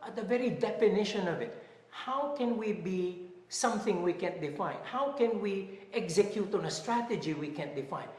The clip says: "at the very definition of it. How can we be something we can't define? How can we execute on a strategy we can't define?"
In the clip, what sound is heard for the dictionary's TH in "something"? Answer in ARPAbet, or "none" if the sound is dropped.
TH